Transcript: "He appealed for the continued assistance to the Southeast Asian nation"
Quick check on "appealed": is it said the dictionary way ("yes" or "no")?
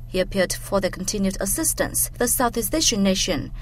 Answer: no